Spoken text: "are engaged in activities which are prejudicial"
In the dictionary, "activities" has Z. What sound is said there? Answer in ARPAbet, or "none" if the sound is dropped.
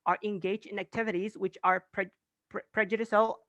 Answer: Z